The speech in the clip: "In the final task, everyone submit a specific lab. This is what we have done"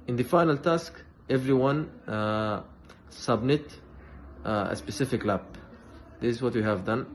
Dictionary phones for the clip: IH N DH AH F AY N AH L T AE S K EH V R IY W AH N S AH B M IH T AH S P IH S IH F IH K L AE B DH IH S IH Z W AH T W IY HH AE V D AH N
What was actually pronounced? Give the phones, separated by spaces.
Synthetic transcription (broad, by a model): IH N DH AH F AY N AH L T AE S K EH V R IY W AH N S AH B M IH T AH S P IH S IH F IH K L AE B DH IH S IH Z W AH T W IY HH AE V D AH N